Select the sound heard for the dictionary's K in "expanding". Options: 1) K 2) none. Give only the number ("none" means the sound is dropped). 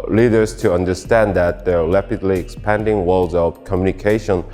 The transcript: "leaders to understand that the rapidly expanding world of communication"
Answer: 1